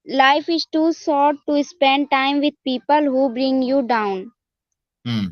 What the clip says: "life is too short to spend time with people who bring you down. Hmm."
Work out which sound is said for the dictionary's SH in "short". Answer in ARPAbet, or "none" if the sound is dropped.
S